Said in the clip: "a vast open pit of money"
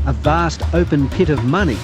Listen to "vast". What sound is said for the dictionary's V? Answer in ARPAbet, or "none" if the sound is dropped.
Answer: V